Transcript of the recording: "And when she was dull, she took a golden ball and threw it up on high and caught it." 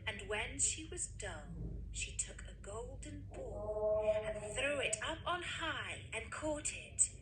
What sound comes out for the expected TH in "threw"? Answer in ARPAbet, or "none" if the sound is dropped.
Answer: TH